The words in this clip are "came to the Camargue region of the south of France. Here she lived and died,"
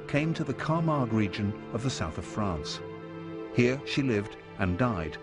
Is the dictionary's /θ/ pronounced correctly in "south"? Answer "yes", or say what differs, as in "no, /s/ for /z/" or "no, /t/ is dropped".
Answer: yes